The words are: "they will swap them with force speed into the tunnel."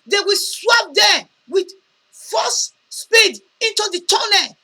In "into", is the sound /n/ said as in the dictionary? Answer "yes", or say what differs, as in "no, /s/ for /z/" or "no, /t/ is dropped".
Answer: yes